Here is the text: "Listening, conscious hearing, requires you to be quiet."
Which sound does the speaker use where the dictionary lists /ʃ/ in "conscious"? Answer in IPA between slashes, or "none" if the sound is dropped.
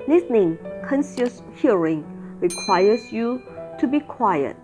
/s/